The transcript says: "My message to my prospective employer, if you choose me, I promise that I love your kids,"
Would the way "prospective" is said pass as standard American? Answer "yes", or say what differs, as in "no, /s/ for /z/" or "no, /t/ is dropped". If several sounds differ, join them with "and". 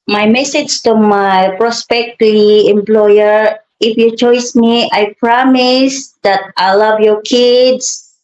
no, /v/ is dropped